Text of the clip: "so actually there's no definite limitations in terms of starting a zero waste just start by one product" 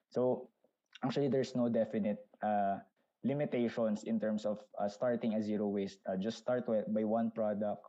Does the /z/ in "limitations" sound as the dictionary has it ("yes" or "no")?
no